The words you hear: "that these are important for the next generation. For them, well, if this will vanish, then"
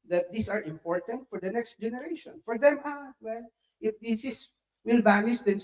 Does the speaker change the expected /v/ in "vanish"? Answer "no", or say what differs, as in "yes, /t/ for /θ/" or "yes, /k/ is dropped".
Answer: yes, /b/ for /v/